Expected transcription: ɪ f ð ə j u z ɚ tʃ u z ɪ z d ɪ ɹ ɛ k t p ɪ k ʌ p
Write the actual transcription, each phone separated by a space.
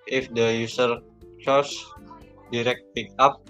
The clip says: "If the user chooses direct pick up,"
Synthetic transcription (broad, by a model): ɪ f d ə j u s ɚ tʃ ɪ s d ɪ ɹ ɛ k t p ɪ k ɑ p